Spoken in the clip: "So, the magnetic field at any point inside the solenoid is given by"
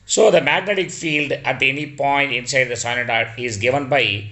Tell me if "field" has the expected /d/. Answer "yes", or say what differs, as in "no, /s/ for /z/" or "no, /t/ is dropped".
yes